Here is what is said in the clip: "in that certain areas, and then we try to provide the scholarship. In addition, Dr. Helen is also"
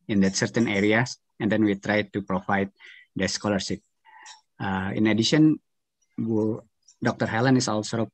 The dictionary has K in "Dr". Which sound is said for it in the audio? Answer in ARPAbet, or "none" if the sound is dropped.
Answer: K